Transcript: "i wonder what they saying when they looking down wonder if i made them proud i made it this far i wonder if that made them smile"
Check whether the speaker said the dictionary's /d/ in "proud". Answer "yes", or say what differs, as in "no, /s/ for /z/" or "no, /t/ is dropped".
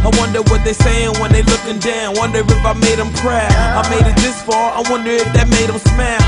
no, /d/ is dropped